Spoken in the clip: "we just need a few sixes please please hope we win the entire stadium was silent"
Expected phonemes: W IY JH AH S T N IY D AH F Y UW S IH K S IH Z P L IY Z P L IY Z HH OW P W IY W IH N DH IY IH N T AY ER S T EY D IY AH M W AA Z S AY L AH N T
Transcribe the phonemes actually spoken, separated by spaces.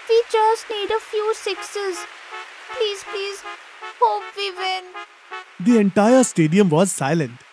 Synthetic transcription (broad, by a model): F IY CH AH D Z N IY D AH F Y UW S IH K S IH Z P L IY Z P L IY Z HH OW P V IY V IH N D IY IH N T AY ER S T EY D IY AH M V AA Z S AY L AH N T